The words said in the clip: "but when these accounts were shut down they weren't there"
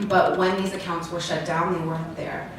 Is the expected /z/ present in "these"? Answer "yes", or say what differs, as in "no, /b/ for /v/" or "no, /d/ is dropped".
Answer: yes